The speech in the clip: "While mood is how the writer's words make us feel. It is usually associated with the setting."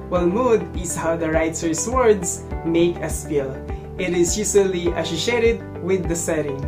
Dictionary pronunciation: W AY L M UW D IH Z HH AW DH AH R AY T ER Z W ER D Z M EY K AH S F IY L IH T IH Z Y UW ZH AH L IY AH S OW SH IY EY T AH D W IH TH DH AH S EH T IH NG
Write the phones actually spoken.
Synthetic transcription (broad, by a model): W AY L M UW D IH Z HH AW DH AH R AY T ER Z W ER D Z M EY K AH S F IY L IH T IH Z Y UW S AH L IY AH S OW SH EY T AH D W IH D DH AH S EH T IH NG